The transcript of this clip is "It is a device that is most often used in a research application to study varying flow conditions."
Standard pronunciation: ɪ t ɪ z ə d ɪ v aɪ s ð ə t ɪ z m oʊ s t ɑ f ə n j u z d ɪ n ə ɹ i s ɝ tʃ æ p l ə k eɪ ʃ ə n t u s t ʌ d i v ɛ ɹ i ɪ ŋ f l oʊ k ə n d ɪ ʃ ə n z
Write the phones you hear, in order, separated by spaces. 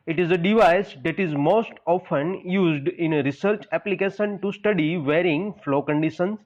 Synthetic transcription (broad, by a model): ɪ t ɪ z ə d ɪ v aɪ s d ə t ɪ z m oʊ s t ɑ f ə n j u z d ɪ n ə ɹ i s ɝ tʃ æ p l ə k eɪ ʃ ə n t u s t ʌ d i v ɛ ɹ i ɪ ŋ f l oʊ k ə n d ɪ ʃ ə n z